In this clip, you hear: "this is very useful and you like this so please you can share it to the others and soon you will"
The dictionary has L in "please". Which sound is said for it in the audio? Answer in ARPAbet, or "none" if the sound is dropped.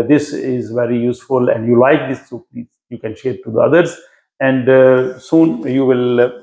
none